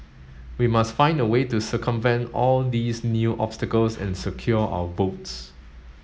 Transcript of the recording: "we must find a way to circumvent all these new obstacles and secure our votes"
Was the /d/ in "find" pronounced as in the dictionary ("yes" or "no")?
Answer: yes